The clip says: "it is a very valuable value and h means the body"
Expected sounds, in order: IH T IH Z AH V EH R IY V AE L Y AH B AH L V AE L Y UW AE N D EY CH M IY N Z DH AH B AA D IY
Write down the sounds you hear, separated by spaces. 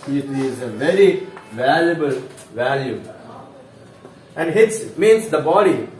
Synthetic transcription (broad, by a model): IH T IH Z AH V EH R IY V AE L Y AH B AH L V AE L Y UW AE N D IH S M IY N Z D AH B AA D IY